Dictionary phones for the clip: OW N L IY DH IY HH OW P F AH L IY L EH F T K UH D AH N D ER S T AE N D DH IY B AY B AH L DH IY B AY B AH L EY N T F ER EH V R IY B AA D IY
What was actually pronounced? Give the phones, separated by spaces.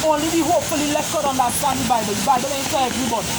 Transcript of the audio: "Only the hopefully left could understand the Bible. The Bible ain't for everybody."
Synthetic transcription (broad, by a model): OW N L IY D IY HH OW F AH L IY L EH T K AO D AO N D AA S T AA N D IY B AY B AH L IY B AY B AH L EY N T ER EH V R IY B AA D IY